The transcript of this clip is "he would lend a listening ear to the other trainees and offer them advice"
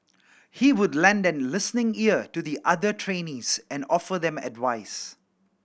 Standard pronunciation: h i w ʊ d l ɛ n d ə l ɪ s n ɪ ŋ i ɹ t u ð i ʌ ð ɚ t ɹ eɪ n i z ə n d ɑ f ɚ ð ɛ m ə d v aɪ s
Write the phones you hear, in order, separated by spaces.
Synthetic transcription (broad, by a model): h i w ʊ d l ɛ n d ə l ɪ s n ɪ ŋ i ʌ t u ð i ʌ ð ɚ t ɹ eɪ n i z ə n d ɑ f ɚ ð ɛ m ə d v aɪ s